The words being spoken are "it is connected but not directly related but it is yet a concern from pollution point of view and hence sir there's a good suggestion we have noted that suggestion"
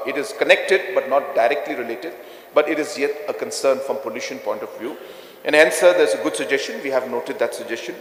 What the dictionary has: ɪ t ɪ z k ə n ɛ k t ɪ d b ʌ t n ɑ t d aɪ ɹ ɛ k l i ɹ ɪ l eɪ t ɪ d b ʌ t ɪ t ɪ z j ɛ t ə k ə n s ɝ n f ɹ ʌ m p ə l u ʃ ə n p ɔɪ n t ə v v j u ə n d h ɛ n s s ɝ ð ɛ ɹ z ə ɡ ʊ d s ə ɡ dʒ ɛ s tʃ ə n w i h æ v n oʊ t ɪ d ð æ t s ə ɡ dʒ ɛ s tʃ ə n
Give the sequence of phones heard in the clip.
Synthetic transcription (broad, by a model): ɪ t ɪ z k ə n ɛ k t ɪ d b ʌ t n ɑ t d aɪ ɹ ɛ k l i ɹ ɪ l eɪ t ɪ d b ʌ t ɪ t ɪ z j ɛ t ə k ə n s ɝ n f ɹ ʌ m p ə l u ʃ ə n p ɔɪ n t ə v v j u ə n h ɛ n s s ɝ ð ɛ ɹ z ə ɡ ʊ d s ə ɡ dʒ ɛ s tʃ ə n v i h æ v n oʊ t ɪ d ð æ t s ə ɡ dʒ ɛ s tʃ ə n